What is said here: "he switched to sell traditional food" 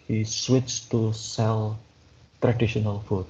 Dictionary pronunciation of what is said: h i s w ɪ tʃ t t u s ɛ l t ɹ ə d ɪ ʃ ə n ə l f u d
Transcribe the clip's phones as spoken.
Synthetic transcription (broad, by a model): h i s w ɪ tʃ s t u s ɛ l t ɹ ə d ɪ ʃ ə n ə l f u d